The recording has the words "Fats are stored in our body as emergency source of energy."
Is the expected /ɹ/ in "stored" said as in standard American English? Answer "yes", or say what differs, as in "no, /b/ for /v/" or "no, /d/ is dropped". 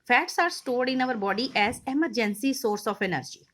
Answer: yes